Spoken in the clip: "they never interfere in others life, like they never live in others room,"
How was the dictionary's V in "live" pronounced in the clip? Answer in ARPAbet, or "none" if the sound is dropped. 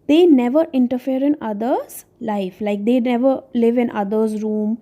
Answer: V